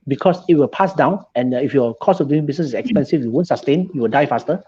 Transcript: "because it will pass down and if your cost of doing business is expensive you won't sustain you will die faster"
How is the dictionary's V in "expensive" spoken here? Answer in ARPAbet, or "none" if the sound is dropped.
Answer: F